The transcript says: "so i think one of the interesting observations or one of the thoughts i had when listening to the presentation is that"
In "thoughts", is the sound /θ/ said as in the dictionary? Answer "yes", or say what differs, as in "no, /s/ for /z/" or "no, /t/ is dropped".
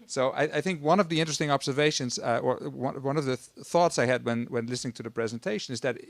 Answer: yes